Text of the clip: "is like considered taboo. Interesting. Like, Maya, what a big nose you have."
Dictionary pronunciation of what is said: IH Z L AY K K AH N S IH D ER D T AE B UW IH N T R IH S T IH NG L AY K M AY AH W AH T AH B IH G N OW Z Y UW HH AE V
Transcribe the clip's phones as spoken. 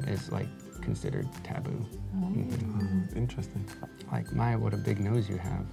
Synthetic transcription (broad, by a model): IH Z L AY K K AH N S IH D ER D T AE B UW IH N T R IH S T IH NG L AY K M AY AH W AH T AH B IH G N OW Z Y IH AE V